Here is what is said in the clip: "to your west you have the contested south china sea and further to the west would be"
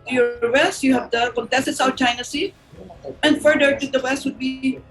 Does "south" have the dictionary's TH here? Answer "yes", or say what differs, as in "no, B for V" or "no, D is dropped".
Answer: no, T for TH